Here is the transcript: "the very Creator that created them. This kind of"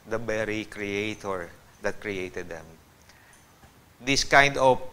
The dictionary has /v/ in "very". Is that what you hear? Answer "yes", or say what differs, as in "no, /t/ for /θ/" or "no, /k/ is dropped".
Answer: no, /b/ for /v/